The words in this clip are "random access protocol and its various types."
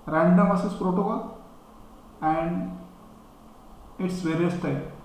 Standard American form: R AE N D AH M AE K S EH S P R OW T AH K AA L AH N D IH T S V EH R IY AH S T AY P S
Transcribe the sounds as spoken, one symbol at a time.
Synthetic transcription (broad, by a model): R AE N D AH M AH S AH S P R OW T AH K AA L AH N D IH T S V EH R IY AH S T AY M